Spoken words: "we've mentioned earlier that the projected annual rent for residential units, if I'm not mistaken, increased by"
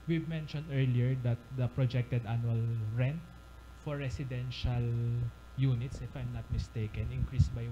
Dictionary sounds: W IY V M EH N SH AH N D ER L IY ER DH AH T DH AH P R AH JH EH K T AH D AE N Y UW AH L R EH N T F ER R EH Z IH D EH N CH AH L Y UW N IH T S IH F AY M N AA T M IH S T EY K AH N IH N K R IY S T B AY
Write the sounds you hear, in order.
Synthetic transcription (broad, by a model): W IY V M EH N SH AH N D ER L IY ER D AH T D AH P R AH JH EH K T AH D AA N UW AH L R EH N T F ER R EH S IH D EH N SH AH L Y UW N IH T S IH F AY M N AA T M IH S T EY K AH N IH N K R IY S B AY